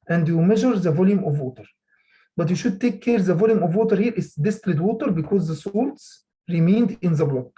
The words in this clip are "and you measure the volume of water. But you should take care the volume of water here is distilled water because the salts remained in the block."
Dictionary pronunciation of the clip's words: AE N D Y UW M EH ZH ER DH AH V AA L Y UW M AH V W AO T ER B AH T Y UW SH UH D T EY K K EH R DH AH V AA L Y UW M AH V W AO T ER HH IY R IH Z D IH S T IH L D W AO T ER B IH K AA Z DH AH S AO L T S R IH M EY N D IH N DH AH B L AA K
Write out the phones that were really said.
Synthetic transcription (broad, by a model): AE N D Y UW M EH ZH ER DH AH V AA L Y UW M AH V W AO T ER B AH T Y UW SH UH D T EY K K EH R DH AH V AA L Y UW M AH V W AO T ER HH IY R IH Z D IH S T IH D W AO T ER B IH K AA Z DH AH S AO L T S R IH M EY N D IH N DH AH B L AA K